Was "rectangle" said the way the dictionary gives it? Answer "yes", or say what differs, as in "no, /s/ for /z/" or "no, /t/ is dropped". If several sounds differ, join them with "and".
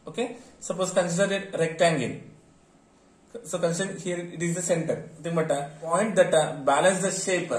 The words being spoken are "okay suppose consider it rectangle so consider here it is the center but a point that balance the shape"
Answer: no, /n/ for /l/